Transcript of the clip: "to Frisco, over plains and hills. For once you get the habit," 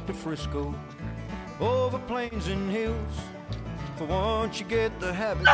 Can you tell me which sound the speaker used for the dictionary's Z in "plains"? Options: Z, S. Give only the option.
Z